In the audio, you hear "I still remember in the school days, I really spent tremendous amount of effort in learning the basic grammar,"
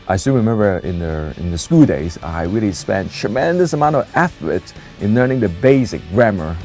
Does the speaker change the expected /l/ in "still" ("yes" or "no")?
yes